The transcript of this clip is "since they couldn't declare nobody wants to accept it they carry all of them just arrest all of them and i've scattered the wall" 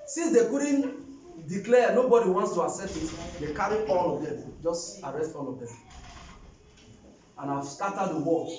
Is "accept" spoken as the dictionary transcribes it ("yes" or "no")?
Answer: no